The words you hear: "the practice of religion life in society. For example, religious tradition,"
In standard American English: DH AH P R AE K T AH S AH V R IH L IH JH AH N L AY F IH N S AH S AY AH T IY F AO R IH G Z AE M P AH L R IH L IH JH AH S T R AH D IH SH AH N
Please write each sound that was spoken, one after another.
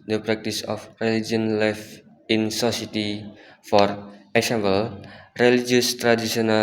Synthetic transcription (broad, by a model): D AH P R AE K T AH S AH F R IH L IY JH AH N L AY F IH N S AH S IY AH T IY F AO R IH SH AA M B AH L R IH L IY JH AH S T R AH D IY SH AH N